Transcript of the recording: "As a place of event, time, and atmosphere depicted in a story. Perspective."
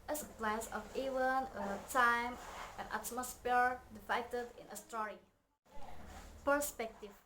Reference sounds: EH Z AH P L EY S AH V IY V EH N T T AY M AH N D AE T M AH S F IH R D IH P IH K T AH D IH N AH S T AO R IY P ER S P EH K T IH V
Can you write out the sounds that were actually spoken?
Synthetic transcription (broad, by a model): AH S AH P L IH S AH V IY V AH N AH T AY M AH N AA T M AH S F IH R D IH F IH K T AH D IH N AH S T AO R IY P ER S P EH K T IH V